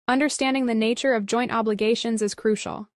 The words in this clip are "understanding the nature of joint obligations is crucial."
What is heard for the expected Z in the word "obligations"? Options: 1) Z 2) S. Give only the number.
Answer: 1